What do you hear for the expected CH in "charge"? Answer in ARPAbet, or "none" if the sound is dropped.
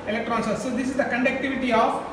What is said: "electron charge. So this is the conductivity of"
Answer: S